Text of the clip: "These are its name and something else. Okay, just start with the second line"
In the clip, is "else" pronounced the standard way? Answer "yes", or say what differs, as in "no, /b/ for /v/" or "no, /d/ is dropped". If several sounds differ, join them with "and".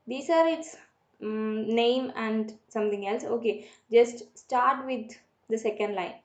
yes